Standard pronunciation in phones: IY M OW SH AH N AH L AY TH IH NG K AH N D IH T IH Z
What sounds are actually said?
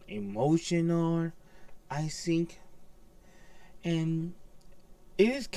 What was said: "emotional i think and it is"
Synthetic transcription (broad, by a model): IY M OW SH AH N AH L AY TH IH NG K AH N IH T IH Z